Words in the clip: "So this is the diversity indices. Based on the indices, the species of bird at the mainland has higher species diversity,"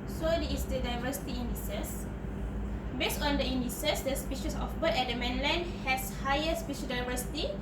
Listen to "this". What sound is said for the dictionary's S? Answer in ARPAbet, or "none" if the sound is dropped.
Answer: none